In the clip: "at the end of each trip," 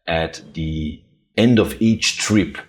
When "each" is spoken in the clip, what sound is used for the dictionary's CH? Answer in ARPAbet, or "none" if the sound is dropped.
CH